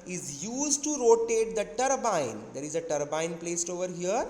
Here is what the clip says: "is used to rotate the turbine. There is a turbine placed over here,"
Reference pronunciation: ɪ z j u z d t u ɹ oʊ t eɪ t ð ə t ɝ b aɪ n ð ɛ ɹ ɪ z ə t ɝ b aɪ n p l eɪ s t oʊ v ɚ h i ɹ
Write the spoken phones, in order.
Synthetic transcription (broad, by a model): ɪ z j u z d t u ɹ oʊ t eɪ t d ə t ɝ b aɪ n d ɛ ɹ ɪ z ə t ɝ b aɪ n p l eɪ s t oʊ v ɚ h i ɹ